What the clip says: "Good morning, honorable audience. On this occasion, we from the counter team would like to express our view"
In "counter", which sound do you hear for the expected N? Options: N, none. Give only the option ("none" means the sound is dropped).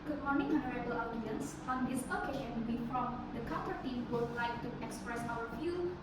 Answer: none